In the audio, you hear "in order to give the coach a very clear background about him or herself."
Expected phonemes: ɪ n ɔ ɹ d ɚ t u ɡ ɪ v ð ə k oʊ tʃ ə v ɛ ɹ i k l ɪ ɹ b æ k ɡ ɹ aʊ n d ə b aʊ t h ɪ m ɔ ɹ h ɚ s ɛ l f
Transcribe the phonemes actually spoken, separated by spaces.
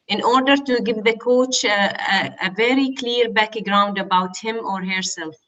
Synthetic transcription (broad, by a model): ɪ n ɔ ɹ d ɚ t u ɡ ɪ v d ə k oʊ tʃ ə v ɛ ɹ i k l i ɹ b æ k ɡ ɹ aʊ n d ə b aʊ t h ɪ m ɔ ɹ h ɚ s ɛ l f